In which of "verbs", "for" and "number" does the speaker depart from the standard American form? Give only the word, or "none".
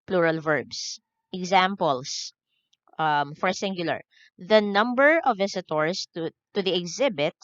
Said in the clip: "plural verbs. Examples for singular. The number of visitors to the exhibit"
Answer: verbs